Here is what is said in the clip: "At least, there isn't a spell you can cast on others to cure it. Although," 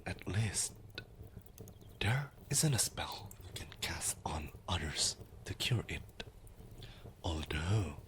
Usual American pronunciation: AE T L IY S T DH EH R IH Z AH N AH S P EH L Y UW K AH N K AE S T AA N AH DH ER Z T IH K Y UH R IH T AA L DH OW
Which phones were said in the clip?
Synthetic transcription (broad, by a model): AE T L IY S T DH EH R IH Z AH N AH S P EH L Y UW K AH N K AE S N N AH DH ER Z T IH K Y UH R IH T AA L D OW